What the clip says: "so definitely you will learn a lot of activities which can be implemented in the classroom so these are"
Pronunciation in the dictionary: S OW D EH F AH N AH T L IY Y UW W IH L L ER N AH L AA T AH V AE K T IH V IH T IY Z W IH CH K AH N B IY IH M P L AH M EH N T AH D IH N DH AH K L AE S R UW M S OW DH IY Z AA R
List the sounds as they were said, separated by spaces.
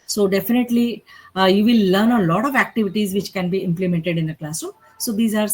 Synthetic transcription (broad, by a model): S OW D EH F AH N AH T L IY Y UW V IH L L ER N AH L AA T AH V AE K T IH V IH T IY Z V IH CH K AH N B IY IH M P L AH M EH N T AH D IH N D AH K L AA S UW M S OW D IY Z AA R